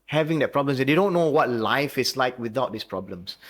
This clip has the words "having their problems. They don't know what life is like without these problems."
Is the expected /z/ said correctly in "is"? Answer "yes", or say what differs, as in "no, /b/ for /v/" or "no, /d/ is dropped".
no, /s/ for /z/